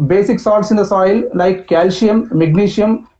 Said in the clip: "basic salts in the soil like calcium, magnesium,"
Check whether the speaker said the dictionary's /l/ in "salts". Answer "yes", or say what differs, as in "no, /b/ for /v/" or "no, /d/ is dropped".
no, /l/ is dropped